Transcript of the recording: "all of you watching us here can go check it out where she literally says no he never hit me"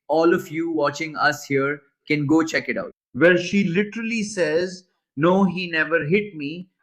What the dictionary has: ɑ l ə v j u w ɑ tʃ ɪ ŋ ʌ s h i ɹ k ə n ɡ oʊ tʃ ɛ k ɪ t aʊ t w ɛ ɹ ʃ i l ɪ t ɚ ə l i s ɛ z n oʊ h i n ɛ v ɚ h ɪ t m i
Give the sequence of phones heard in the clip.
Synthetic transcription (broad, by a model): ɑ l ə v j u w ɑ tʃ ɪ ŋ ʌ s h i ɹ k ə n ɡ oʊ tʃ ɛ k ɪ t aʊ t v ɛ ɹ ʃ i l ɪ t ɚ ə l i s ɛ z n oʊ h i n ɛ v ɚ h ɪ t m i